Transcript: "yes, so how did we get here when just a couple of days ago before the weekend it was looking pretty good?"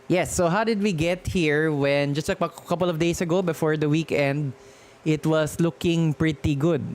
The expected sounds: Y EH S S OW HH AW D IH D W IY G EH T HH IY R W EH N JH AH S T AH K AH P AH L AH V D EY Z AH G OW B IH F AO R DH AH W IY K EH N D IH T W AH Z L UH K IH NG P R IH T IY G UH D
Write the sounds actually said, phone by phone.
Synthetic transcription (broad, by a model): Y EH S S OW HH AW D IH D W IY G EH T HH IY R W EH N JH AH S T AH K AH P AH L AH V D EY S AH G OW B IH F AO R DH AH W IY K EH N D IH T W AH S L UH K IH NG P R IH T IY G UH D